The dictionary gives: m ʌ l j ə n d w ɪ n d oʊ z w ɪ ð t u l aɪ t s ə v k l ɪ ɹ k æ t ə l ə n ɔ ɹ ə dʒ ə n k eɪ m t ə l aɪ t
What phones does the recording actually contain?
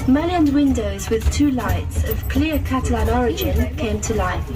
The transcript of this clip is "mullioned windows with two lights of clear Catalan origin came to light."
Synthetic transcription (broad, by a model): m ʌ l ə n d w ɪ n d oʊ z w ɪ ð t u l aɪ t s ə v k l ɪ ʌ k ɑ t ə l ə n ɔ ɹ ə dʒ ə n k eɪ m t ə l aɪ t